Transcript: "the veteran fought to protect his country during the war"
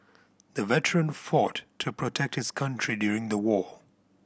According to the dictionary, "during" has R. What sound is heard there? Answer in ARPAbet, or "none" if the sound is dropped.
R